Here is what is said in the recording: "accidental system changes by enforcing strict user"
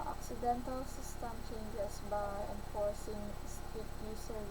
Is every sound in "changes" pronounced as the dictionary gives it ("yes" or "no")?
no